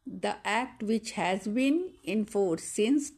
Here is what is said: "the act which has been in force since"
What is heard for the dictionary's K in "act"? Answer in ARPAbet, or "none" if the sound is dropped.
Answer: K